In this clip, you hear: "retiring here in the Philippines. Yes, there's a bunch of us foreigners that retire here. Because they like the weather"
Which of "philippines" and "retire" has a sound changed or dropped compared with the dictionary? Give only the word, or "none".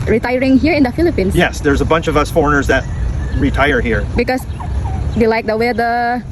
philippines